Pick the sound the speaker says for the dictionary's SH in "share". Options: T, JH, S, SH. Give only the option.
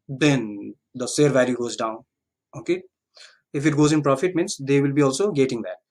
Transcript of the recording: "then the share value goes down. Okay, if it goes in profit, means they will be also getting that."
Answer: S